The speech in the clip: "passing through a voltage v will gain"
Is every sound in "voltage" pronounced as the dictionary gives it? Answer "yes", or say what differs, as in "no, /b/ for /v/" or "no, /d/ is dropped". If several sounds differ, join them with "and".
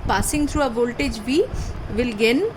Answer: yes